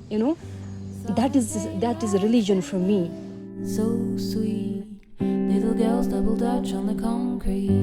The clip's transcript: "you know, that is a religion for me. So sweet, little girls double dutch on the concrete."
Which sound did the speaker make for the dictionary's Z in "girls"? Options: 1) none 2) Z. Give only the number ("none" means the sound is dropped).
2